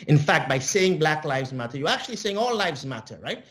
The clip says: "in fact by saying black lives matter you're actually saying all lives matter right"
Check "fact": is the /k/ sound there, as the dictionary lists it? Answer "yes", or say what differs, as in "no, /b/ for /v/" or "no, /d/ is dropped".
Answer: yes